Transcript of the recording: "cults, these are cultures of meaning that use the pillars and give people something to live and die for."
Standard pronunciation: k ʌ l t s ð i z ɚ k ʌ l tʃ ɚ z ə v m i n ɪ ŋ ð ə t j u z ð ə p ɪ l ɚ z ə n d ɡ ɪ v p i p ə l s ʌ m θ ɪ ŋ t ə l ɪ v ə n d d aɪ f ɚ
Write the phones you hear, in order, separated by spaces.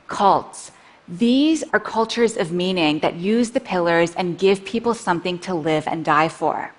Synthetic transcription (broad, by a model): k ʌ l t s ð i z ɚ k ʌ l tʃ ɚ z ə v m i n ɪ ŋ ð ə t j u z ð ə p ɪ l ɚ z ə n ɡ ɪ v p i p l s ʌ m θ ɪ ŋ t ə l ɪ v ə n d d aɪ f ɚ